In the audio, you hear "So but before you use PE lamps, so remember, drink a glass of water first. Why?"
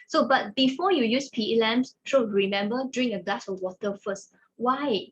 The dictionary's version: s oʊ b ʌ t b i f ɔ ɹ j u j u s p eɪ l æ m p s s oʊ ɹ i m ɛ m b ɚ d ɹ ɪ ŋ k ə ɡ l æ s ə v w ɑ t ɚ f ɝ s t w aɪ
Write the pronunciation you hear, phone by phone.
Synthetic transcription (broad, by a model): s oʊ b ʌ t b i f ɔ j u j u s p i l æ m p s ʃ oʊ ɹ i m ɛ m b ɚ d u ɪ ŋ ə ɡ l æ s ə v w ɑ t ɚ f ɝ s t w aɪ